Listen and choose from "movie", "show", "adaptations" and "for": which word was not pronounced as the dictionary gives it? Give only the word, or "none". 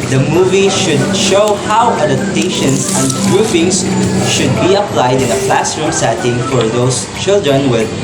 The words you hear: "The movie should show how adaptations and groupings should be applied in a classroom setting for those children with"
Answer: adaptations